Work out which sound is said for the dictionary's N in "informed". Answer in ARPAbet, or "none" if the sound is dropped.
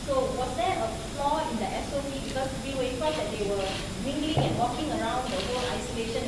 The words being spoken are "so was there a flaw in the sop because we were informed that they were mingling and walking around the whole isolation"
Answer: none